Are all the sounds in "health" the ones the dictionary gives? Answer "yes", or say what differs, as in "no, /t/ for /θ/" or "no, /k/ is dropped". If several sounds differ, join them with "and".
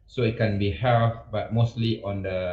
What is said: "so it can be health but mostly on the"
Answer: no, /f/ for /θ/